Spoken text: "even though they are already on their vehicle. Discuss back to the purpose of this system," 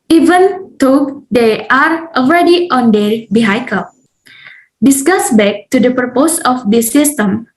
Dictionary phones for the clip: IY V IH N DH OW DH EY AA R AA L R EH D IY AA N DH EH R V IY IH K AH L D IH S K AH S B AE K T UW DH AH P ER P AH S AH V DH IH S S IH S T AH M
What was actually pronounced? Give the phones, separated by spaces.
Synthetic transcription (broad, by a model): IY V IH N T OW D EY AA R AA L R EH D IY AA N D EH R B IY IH K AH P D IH S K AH S B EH K T UW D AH P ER P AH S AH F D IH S S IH S T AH M